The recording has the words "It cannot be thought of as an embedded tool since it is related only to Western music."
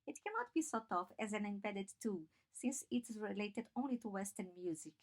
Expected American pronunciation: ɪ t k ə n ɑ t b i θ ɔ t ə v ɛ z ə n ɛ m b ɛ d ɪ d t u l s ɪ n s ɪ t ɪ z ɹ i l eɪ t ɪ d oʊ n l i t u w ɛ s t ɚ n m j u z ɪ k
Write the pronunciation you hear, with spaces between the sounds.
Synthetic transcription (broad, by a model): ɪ t k ə n ɑ t b i s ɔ t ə f ɛ z ə n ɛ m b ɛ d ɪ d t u s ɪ n s ɪ t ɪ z ɹ i l eɪ t ɪ d oʊ n l i t u w ɛ s t ɚ n m j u z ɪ k